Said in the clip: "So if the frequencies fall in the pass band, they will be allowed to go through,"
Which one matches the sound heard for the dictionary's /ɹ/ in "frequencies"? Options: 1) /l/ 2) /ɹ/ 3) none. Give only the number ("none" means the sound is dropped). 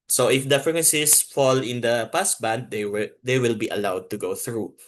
3